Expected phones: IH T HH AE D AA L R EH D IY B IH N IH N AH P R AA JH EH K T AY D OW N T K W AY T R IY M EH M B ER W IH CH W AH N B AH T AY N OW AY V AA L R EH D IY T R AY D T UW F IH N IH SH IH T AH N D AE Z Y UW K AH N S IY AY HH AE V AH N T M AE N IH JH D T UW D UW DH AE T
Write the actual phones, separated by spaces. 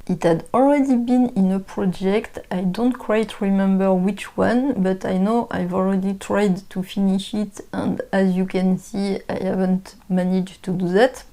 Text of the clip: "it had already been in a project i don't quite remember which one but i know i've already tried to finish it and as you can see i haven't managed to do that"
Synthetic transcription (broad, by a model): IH T HH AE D AA L R EH D IY B IH N IH N AH P R AA JH EH K T AY D OW N T K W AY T R IY M EH M B ER W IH CH W AH N B AH T AY N OW AY V AA L R EH D IY T R AY D T UW F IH N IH SH IH T AH N D AE Z Y UW K AH N S IY AY HH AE V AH N T M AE N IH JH T UW D UW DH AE T